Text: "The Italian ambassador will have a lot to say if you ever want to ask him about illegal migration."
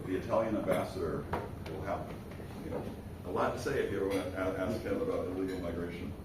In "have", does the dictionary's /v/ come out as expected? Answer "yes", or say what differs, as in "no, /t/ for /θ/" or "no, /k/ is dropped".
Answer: no, /p/ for /v/